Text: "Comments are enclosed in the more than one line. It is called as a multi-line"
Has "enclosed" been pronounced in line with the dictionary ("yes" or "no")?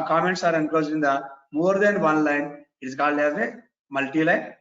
no